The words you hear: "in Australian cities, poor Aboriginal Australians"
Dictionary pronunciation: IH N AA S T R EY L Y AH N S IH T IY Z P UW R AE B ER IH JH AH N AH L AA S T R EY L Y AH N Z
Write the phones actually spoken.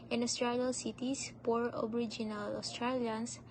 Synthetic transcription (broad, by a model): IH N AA S T R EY L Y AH L S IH T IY S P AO R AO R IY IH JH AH N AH L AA S T R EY L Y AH N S